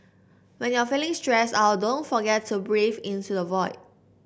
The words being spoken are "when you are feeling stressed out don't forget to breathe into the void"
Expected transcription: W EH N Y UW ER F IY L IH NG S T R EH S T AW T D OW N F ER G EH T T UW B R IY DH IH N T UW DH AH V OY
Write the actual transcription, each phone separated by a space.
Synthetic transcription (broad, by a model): W EH N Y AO F IY L IH NG S T R EH S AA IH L D OW N F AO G EH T T UW B R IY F IH N T UW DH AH V OY